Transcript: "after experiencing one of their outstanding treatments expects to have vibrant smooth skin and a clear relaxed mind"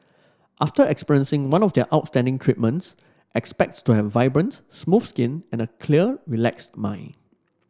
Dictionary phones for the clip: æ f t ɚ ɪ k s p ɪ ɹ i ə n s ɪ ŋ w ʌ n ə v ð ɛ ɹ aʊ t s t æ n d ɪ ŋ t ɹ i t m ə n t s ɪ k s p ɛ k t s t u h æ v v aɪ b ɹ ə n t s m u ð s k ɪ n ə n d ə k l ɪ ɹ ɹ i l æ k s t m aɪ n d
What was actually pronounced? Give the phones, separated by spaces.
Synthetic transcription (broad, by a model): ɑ f t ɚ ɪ k s p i ɹ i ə n s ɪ ŋ w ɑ n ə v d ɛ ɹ aʊ t s t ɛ n d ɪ ŋ t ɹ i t m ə n t s ɪ k s p ɛ k t s t u h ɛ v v aɪ b ɹ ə n s m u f s k ɪ n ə n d ə k l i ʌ ɹ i l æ k s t m aɪ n